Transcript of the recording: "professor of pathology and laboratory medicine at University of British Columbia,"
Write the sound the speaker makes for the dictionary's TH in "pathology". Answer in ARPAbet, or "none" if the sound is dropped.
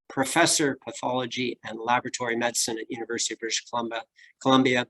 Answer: TH